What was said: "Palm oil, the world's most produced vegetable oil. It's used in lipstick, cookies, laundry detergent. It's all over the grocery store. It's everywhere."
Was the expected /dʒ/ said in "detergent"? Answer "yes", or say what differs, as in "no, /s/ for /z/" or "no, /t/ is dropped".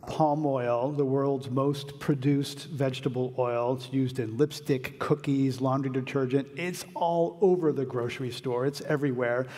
yes